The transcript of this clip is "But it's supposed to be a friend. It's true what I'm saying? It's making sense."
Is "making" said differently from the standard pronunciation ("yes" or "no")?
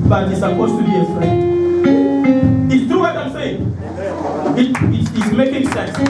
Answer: no